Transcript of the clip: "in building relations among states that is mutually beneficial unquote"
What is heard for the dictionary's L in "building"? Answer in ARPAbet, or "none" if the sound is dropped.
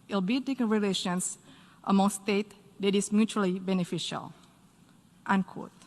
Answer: none